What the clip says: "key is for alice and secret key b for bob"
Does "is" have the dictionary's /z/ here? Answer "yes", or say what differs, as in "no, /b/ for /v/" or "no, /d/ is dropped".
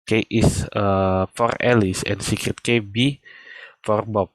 no, /s/ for /z/